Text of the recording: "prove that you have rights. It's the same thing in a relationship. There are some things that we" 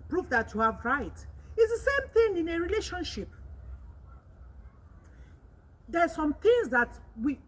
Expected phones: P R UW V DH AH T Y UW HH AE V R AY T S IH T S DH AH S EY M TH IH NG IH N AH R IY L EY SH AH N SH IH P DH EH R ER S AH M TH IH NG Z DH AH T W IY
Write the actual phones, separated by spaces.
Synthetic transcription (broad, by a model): P R UW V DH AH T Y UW HH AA V R AY T IH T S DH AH S EY M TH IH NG IH N AH R IY L EY SH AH N SH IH P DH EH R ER S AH M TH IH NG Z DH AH T W IY